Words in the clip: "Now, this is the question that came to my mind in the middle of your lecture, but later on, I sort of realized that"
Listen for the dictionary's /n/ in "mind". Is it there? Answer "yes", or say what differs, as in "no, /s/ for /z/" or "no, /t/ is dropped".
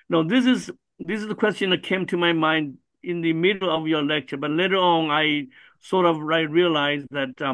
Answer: yes